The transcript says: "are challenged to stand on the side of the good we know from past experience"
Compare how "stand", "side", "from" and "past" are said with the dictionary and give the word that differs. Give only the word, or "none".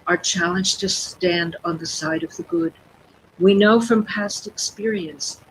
none